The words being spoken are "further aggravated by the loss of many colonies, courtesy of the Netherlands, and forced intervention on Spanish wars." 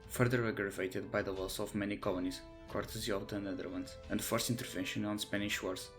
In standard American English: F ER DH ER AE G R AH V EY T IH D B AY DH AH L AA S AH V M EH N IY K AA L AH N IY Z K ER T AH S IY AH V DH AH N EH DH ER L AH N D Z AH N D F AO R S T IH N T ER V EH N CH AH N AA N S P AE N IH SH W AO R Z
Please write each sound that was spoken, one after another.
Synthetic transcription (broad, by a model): F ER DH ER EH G R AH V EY T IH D B AY DH AH W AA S AH V M EH N IY K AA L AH N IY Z K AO T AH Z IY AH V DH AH N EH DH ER L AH N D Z AH N D F AO R S T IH N T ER V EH N SH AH N AA N S P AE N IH SH W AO R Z